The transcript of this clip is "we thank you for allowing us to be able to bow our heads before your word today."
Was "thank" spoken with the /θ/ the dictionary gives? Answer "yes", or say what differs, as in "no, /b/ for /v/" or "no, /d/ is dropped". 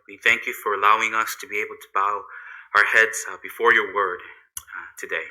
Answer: yes